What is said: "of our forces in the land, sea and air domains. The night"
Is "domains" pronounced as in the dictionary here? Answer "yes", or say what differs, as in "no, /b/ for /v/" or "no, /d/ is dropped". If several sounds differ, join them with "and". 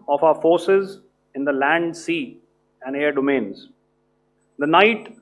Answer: yes